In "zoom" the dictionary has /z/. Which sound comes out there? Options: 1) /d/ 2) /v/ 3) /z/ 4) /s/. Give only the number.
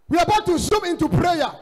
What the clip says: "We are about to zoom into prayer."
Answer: 4